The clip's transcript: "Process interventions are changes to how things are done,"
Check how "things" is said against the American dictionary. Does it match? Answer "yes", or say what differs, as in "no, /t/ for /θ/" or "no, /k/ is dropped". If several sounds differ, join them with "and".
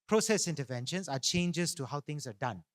no, /t/ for /θ/ and /s/ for /z/